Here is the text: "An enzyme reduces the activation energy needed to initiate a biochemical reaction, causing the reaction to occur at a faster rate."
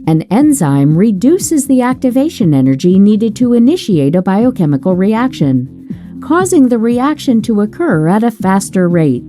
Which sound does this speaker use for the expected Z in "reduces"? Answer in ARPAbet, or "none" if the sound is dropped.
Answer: Z